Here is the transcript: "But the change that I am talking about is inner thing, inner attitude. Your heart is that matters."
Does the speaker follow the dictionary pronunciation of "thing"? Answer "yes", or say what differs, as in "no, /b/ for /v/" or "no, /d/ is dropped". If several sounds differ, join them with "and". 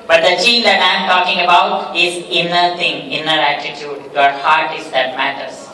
no, /t/ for /θ/